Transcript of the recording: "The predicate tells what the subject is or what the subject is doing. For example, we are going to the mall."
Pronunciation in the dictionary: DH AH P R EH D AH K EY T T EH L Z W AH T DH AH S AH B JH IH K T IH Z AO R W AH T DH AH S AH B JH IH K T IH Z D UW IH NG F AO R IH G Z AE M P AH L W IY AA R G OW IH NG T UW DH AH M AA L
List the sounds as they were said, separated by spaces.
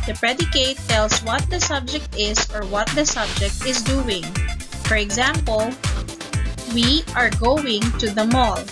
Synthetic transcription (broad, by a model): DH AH P R EH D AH K EY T T EH L S W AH T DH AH S AH B JH IH K T IH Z AO R W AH T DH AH S AH B JH IH K T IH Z D UW IH NG F AO R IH G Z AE M P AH L W IY AA R G OW IH NG T UW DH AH M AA L